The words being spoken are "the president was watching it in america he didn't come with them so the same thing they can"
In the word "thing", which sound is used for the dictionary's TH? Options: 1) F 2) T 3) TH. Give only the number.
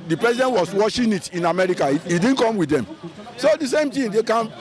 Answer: 2